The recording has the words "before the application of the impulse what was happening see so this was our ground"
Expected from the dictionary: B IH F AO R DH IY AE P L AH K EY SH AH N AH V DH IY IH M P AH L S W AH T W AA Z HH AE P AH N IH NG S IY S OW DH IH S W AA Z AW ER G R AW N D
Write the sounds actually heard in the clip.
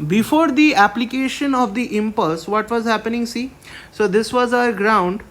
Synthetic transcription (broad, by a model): B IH F AO R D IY AE P L AH K EY SH AH N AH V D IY IH M P AH L S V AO T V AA Z HH AE P AH N IH NG S IY S OW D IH S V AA Z AW ER G R AW N D